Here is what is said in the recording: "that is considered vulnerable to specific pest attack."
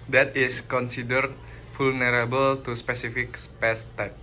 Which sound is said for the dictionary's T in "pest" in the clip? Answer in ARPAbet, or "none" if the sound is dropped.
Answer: T